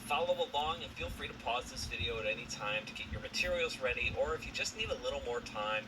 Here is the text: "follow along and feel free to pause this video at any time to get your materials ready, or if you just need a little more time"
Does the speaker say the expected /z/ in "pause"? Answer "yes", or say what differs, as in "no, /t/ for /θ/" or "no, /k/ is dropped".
yes